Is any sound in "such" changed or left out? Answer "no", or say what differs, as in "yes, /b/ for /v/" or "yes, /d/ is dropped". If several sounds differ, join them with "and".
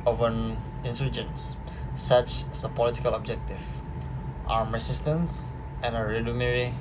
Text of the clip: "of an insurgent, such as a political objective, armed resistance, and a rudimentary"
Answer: no